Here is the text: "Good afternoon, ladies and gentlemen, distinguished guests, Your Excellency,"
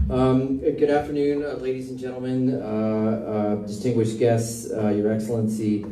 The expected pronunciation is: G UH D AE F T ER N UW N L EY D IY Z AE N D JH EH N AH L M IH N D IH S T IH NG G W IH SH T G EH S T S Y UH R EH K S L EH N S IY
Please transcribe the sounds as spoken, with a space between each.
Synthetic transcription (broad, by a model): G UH D AE F T ER N UW N L EY D IY Z N JH EH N L M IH N D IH S T IH NG G W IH SH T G EH S T S Y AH R EH K S L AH N S IY